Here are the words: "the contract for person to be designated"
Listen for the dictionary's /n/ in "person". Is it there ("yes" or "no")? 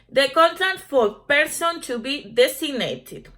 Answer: yes